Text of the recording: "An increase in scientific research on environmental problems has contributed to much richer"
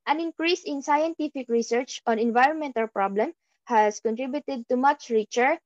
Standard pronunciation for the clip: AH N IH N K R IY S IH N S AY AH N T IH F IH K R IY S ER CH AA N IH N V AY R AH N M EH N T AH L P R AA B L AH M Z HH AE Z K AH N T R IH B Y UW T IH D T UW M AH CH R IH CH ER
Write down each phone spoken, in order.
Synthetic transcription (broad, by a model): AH N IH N K R IY S IH N S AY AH N T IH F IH K R IY S ER CH AA N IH N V AY R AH N M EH N T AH L P R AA B L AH M HH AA S K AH N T R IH B Y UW T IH D T UW M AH CH R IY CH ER